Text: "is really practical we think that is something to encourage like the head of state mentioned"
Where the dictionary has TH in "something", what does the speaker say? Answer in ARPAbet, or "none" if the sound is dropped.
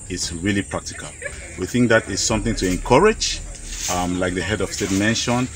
TH